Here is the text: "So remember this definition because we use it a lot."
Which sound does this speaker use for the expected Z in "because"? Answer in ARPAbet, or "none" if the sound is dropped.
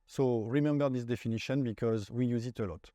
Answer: Z